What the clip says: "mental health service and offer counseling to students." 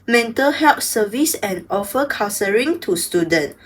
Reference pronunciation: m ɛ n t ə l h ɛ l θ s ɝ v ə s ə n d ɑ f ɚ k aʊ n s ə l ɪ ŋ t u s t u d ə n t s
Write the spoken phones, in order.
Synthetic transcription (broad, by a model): m ɛ n t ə l h ɛ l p s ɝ v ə s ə n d ɑ f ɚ k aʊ s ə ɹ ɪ ŋ t u s t u d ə n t